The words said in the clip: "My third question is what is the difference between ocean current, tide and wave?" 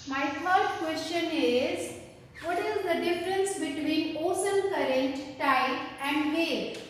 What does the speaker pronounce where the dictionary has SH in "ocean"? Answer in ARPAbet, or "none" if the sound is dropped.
S